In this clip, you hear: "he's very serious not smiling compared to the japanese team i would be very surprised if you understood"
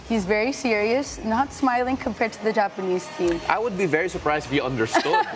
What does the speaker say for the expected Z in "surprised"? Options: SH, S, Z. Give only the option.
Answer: Z